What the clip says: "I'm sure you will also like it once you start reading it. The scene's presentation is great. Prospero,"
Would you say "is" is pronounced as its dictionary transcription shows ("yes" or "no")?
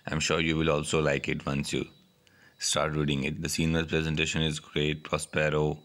yes